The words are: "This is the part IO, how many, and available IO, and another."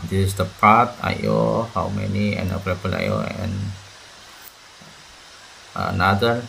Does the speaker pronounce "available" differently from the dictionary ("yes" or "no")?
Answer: yes